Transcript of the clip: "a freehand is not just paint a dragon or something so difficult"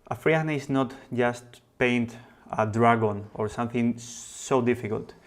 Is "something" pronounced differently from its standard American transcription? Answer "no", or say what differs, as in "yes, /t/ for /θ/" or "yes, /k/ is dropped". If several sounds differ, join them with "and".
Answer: no